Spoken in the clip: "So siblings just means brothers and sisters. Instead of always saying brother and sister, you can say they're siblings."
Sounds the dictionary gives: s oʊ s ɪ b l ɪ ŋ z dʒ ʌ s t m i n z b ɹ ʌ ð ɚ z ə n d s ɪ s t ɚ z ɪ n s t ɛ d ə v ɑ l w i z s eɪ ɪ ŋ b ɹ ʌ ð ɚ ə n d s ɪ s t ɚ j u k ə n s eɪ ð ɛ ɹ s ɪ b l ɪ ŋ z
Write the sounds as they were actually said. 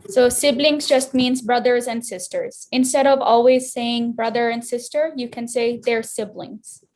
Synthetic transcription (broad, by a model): s oʊ s ɪ b l ɪ ŋ z dʒ ʌ s t m i n z b ɹ ʌ ð ɚ z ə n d s ɪ s t ɚ z ɪ n s t ɛ d ə v ɑ l w i z s eɪ ɪ ŋ b ɹ ʌ ð ɚ ə n d s ɪ s t ɚ j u k ə n s eɪ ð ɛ ɹ s ɪ b l ɪ ŋ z